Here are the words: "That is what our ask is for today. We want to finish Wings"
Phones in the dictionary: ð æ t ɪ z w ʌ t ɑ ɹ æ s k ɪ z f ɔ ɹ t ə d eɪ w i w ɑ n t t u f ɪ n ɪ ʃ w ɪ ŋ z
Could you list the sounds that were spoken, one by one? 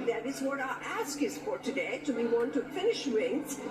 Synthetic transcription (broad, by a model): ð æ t ɪ z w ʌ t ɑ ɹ æ s k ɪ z f ɔ ɹ t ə d eɪ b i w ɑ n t t u f ɪ n ɪ ʃ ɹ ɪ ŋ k